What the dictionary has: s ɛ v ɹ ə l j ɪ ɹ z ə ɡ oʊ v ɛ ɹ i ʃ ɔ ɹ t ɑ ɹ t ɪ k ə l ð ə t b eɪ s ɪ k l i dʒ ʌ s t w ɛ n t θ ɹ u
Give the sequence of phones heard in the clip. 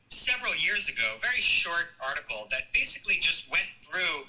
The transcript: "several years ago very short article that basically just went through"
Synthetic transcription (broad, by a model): s ɛ v ɹ l j ɪ ɹ z ə ɡ oʊ v ɛ ɹ i ʃ ɔ ɹ t ɑ ɹ t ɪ k l ð ə t b eɪ s ɪ k l i dʒ ʌ s t w ɛ n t θ ɹ u